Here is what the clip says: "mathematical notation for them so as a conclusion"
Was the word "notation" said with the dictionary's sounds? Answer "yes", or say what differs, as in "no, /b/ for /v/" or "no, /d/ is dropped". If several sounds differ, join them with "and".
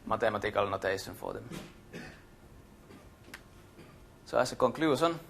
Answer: no, /s/ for /ʃ/